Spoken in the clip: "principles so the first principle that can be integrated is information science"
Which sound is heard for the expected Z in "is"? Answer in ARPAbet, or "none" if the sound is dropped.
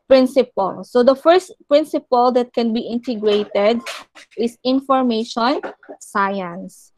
S